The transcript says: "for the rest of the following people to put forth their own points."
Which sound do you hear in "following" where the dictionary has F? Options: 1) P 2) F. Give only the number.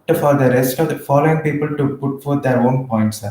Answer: 2